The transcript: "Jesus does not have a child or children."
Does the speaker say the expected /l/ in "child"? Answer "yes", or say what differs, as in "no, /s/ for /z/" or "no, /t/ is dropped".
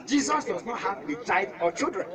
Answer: no, /l/ is dropped